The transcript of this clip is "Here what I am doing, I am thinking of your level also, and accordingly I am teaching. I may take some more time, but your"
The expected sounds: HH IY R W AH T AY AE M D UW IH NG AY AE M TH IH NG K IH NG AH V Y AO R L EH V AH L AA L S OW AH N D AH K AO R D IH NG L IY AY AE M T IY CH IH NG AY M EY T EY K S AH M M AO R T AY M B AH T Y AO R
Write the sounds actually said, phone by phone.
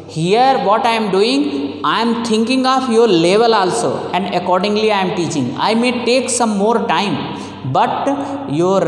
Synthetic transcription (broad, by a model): HH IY R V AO T AY M D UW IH NG AY M T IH NG K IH NG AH F Y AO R L EH V AH L AA L S OW AH N D AH K AO R D IH NG L IY AY M T IY CH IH NG AY M EY T EY K S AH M M AO R T AY M B AH T Y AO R